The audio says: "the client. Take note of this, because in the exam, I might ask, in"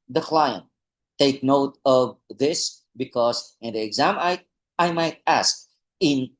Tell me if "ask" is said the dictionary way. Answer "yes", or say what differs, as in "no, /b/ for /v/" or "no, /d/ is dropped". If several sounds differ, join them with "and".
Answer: yes